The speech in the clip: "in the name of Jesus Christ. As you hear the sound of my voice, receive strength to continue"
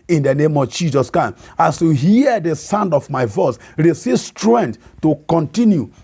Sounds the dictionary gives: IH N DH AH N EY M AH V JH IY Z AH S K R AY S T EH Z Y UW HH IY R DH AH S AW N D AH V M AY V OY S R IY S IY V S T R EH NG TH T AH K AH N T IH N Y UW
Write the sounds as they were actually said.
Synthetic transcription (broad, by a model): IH N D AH N EY M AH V JH IY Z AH S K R AY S AA S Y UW HH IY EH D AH S AW N D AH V M AY V OY S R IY S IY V S T R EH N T T AH K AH N T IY N Y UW